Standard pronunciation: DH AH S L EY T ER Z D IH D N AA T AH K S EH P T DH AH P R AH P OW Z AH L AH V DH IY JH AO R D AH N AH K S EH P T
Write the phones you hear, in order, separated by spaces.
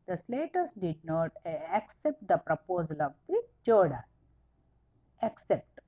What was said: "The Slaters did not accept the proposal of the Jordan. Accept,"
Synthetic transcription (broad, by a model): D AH S L EY T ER S D IH D N AA T AH K S EH P T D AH P R AH P OW Z AH L AH V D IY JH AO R D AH AH K S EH P T